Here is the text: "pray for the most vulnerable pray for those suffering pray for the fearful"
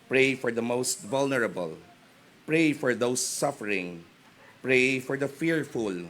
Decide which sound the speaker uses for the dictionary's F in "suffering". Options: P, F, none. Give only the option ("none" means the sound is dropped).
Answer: F